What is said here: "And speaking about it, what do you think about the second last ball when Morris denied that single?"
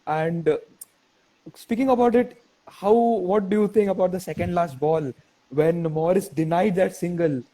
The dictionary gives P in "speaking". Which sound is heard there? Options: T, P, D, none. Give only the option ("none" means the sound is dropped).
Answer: P